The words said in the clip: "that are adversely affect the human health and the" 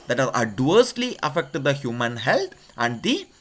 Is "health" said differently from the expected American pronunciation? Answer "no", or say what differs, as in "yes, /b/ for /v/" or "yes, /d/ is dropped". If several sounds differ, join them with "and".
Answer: yes, /t/ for /θ/